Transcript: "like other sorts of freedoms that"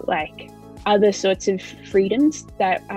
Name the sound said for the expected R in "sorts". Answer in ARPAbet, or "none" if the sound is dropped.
R